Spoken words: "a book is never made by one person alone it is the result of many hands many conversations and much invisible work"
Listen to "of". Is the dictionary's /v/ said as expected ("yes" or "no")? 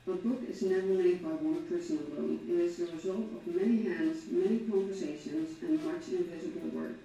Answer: yes